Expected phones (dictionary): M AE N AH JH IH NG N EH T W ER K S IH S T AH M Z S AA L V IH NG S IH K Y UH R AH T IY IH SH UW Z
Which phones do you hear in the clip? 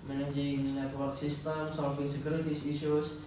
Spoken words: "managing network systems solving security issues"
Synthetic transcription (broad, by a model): M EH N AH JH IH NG N EH T W ER K S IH S T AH M S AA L F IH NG S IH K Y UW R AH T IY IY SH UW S